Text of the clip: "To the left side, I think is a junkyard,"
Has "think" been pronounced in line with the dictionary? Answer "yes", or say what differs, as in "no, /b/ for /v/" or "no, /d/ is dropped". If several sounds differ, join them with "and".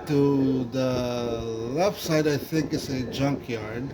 yes